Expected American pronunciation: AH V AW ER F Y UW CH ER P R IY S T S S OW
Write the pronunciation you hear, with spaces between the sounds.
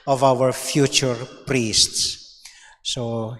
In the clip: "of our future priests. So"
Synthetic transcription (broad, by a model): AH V AW ER F Y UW CH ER P R IY S T S S OW